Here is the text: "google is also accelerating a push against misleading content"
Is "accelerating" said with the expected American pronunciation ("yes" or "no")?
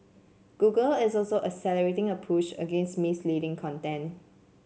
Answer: no